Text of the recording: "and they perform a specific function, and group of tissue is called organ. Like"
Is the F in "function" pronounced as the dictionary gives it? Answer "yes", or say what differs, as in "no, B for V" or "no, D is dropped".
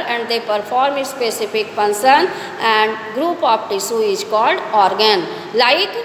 no, P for F